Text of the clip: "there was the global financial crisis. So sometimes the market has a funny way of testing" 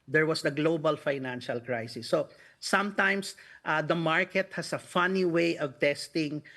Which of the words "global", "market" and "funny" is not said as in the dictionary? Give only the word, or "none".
none